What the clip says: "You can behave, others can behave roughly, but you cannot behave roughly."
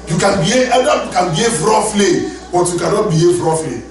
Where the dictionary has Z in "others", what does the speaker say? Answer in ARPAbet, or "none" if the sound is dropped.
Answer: none